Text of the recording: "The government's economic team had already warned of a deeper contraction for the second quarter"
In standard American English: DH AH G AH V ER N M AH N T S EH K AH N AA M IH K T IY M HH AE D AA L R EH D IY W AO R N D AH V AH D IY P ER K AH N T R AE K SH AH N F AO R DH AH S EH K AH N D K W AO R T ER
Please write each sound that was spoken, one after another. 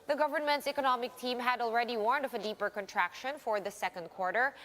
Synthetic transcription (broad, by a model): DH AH G AH V ER N M AH N T S EH K AH N AA M IH K T IY M HH AE D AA L R EH D IY W AO R N D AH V AH D IY P ER K AH N T R AE K SH AH N F AO R DH AH S EH K AH N D K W AO R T ER